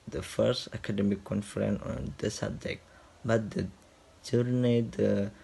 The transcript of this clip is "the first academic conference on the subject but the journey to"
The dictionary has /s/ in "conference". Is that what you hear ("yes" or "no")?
no